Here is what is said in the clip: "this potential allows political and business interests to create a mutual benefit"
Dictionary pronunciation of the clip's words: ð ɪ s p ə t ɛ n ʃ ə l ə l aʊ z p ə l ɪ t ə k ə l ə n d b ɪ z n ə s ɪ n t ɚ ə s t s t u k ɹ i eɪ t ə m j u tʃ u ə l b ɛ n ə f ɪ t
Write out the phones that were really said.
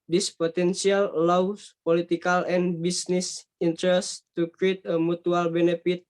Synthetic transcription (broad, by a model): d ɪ s p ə t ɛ n s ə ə l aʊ s p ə l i t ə k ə l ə n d b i s n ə s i n t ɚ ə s s t u k ɹ i eɪ t ə m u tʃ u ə l b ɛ n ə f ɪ t